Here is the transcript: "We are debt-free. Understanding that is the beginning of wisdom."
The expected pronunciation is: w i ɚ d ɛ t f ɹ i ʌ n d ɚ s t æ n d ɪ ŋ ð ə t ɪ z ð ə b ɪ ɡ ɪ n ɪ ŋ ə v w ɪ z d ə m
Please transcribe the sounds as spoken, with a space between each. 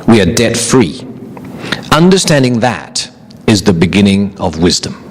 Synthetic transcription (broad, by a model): w i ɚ d ɛ t f ɹ i ʌ n d ɚ s t æ n d ɪ ŋ ð ə t ɪ z ð ə b ɪ ɡ ɪ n ɪ ŋ ə v w ɪ z d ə m